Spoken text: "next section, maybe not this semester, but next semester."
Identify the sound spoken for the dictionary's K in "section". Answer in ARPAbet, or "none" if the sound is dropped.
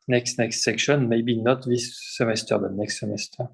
K